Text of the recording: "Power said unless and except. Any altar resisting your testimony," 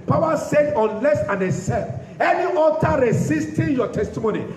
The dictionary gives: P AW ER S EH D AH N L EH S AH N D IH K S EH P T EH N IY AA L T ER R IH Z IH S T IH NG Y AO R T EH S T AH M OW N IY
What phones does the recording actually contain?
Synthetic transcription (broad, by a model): P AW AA S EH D AH N L EH S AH N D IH S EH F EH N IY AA T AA R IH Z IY S T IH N Y AO T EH S T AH M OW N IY